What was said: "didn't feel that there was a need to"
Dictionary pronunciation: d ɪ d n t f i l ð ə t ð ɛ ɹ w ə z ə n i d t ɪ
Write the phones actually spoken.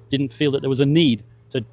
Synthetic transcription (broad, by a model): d ɪ d n t f i l ð ə t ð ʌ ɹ w ə z ə n i d t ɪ